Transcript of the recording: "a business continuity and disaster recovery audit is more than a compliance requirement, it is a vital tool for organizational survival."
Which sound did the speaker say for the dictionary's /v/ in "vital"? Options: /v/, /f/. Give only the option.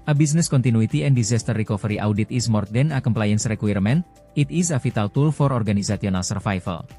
/f/